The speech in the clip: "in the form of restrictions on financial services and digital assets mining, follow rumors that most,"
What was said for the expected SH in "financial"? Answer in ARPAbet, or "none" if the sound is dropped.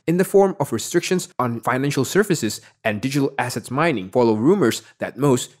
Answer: SH